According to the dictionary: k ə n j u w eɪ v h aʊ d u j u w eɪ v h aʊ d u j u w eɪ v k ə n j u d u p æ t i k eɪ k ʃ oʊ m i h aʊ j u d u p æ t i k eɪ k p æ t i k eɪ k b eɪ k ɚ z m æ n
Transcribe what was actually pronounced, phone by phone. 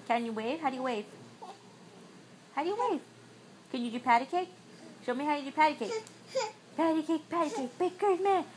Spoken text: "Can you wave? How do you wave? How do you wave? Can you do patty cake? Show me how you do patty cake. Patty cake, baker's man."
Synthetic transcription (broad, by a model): k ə n j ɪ w eɪ v h aʊ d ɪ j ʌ w eɪ v h aʊ d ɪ j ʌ w eɪ v k ə n j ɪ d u p æ t i k eɪ k ʃ oʊ m i h aʊ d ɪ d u p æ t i k eɪ k p æ t i k eɪ k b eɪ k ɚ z m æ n